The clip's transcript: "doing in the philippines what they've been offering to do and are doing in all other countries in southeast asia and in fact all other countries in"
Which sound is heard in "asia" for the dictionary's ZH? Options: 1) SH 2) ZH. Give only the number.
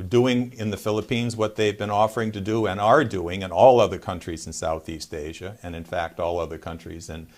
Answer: 2